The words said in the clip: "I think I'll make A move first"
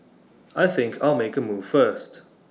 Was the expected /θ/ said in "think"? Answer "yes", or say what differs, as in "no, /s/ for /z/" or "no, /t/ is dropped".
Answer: yes